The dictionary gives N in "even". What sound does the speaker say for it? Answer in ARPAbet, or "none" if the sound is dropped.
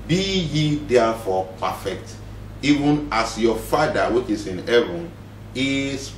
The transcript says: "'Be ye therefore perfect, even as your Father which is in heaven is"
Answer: N